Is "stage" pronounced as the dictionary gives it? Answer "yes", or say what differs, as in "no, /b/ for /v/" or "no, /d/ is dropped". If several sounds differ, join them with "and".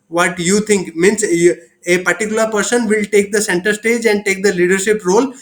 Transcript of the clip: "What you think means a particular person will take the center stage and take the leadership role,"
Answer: yes